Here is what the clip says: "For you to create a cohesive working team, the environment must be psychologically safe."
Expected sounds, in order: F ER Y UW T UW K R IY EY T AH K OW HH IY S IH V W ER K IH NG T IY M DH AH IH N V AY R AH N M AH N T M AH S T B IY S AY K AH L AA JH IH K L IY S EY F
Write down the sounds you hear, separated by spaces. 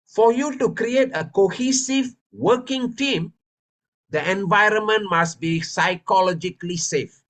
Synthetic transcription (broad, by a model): F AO Y UW T UW K R IY EY T AH K OW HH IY S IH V W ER K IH NG T IY M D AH IH N V AY R AH N M AH N T M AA S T B IY S AY K AH L AA JH IH K L IY S EY F